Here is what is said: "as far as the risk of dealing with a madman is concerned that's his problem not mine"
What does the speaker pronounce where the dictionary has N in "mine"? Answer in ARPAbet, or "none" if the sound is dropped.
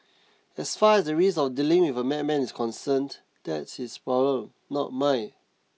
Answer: none